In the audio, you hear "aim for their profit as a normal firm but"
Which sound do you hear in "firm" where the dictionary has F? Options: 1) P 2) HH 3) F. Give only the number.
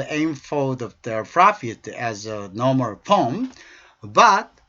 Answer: 1